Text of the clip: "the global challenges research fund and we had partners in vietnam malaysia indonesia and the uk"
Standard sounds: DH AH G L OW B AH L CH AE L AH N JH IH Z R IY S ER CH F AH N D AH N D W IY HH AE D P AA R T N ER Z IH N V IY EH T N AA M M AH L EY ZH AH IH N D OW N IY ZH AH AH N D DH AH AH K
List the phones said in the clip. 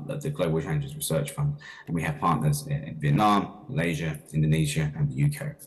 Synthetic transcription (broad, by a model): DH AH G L OW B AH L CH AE AH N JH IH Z R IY S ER CH F AH N D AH N W IY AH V P AA T N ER Z IH N V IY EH T N AA M M AH L EY ZH AH IH N D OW N IY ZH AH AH N DH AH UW K